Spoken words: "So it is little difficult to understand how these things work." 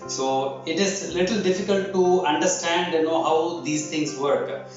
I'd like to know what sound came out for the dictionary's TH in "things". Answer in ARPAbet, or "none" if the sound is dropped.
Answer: T